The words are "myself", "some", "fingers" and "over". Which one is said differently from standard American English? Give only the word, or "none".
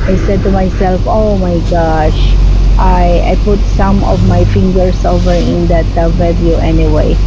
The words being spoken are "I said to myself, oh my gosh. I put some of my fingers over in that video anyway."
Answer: fingers